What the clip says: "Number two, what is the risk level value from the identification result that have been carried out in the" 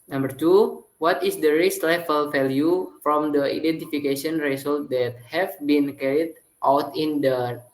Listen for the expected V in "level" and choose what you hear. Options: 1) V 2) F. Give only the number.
2